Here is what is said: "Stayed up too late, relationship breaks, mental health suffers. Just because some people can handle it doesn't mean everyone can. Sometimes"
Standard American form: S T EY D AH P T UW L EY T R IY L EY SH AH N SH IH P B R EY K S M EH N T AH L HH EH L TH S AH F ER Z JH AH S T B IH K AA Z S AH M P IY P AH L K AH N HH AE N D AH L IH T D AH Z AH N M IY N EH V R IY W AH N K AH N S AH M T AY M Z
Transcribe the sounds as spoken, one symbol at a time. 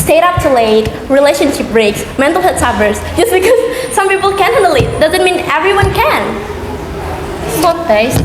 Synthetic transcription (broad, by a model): S T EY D AH P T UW L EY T R IY L EY SH AH N SH IH P B R EY K S M EH N T AH L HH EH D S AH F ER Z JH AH S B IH K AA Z S AH M P IY P AH L K AH N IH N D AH L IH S D AH Z AH N M IY N EH V R IY W AH N K AH N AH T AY